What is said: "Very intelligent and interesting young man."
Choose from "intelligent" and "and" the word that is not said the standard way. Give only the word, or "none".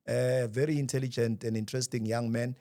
none